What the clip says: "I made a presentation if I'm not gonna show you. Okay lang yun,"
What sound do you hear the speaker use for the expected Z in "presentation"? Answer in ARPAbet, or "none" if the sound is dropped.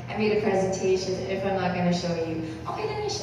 Z